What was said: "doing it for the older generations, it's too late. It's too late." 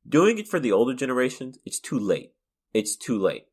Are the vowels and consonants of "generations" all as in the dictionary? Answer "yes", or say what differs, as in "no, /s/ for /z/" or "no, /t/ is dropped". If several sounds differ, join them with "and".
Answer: yes